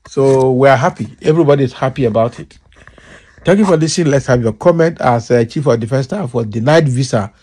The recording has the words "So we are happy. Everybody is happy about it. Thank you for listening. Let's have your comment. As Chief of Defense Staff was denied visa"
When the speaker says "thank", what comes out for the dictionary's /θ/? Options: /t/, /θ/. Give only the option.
/t/